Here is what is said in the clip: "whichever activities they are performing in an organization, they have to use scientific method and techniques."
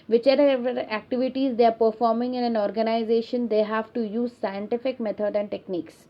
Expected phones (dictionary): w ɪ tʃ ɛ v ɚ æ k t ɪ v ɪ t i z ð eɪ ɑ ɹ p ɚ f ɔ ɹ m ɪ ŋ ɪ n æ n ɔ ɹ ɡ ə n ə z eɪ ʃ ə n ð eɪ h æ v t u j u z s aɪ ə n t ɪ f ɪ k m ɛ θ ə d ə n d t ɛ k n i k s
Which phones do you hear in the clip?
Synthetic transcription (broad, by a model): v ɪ tʃ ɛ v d æ k t ɪ v ɪ t i z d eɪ ɑ ɹ p ɚ f ɔ ɹ m ɪ ŋ ɪ n æ n ɔ ɹ ɡ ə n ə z eɪ ʃ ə n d eɪ h æ v t u j u z s aɪ ə n t ɪ f ɪ k m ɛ t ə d ə n d t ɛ k n i k s